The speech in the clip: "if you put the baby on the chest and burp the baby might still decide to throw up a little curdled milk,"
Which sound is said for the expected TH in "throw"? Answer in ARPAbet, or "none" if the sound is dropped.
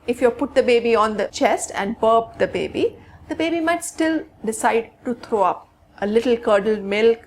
T